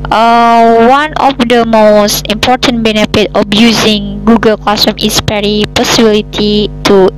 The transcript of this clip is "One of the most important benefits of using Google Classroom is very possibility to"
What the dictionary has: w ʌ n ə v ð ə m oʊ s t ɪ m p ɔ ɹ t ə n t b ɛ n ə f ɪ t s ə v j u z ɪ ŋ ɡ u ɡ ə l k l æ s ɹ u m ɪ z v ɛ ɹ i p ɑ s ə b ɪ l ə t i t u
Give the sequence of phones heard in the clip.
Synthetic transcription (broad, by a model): w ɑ n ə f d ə m oʊ s t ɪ m p ɔ ɹ t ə n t b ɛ n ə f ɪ t ə f j u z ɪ ŋ ɡ u ɡ ə l k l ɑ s u m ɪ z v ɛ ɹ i p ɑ s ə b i l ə t i t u